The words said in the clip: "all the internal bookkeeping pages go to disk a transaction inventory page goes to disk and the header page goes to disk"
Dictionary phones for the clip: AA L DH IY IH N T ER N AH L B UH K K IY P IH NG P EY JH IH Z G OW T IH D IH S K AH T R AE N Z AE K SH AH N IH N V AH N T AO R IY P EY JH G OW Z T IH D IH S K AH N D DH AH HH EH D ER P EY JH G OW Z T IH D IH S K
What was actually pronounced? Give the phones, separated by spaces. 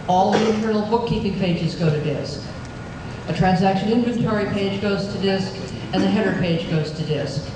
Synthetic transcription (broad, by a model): AA L DH IY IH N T ER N L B UH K K IY P IH NG P EY JH IH Z G OW T IH D IH S K AH T R AE N Z AE K SH AH N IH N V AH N T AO R IY P EY JH G OW Z T IH D IH S K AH N DH AH HH EH D ER P EY JH G OW Z T IH D IH S K